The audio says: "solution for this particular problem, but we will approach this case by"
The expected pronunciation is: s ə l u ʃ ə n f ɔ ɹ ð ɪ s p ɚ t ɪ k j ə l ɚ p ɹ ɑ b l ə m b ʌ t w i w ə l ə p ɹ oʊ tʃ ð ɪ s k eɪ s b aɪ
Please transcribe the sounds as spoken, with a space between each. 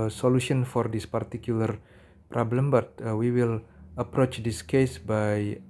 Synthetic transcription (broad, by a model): s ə l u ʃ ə n f ɔ ɹ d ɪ s p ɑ t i k j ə l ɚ p ɹ ɑ b l ə m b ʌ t w i w ə l ə p ɹ oʊ tʃ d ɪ s k eɪ s b aɪ